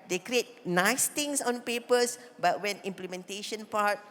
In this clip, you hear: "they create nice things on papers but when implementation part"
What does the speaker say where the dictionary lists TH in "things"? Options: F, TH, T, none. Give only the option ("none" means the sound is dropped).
T